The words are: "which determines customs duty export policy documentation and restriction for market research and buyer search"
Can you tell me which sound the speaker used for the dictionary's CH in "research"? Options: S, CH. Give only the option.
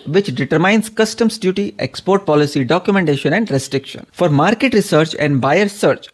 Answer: CH